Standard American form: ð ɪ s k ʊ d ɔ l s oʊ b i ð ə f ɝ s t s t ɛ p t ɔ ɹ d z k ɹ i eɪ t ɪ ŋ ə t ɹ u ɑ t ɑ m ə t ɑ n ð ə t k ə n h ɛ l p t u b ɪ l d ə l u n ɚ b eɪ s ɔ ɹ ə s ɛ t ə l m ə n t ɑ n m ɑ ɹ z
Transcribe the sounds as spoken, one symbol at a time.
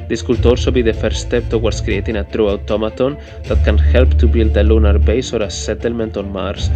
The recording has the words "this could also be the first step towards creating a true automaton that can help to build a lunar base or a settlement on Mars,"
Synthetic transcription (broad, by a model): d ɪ s k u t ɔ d s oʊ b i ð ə f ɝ t s t ɛ p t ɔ w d s k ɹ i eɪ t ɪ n ə t ɹ u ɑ t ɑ m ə t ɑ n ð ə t k ə n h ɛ l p t u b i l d ə l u n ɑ b eɪ s ɔ ɹ ə s ɛ t ə l m ə n t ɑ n m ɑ ɹ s